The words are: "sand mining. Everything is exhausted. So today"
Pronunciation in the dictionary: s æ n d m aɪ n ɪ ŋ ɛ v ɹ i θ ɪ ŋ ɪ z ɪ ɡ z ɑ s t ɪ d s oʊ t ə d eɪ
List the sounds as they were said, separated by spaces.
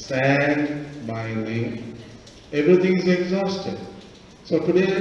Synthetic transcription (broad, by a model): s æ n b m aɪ l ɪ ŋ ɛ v ɹ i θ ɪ ŋ ɪ z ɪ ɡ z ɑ s t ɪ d s oʊ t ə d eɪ